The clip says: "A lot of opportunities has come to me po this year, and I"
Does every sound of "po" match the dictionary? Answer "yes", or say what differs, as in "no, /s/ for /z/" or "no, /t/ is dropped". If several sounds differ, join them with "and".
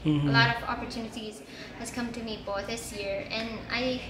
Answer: no, /b/ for /p/